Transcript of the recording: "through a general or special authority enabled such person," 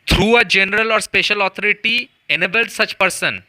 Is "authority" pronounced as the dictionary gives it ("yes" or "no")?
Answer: no